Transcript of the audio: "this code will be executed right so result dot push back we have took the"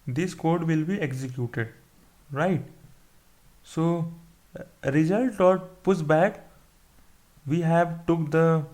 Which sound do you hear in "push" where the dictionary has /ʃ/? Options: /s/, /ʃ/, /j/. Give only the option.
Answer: /s/